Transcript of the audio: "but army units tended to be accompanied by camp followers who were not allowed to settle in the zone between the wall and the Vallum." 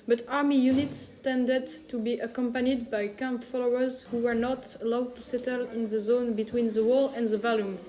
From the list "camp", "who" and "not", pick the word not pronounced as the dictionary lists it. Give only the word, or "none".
none